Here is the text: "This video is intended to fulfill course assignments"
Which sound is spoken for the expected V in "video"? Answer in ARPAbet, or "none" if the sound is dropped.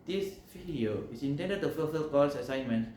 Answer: F